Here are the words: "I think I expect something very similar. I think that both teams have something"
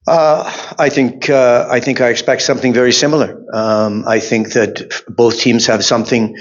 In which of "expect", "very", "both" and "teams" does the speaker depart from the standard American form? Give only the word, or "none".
none